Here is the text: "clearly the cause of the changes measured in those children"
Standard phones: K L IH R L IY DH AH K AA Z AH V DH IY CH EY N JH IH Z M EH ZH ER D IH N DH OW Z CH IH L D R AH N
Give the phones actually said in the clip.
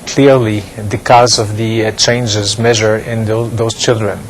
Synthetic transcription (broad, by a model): K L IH R L IY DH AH K AA Z AH V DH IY CH EY N JH IH Z M EH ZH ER IH N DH OW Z CH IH L D R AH N